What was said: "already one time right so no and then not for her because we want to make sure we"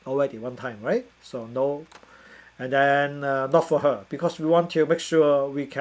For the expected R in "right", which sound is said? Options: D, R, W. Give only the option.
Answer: R